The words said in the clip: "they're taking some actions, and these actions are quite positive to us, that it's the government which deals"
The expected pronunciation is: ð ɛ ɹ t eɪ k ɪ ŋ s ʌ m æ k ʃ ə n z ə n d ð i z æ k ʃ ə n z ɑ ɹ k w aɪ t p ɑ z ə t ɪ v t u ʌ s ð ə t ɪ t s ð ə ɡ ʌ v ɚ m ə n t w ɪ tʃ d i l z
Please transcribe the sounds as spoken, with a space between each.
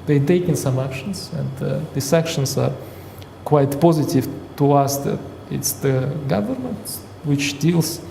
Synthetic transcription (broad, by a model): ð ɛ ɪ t eɪ k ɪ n s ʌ m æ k ʃ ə n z ə n d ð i s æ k ʃ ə n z ɑ ɹ k w aɪ t p ɑ z ə t ɪ v t u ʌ s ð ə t ɪ t s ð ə ɡ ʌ v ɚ m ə n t w ɪ tʃ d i l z